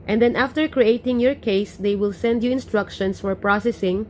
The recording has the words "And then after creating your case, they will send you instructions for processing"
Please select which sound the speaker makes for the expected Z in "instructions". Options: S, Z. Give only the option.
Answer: S